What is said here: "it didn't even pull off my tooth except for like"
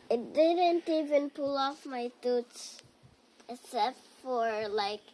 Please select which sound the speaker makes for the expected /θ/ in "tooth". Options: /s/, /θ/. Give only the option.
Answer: /s/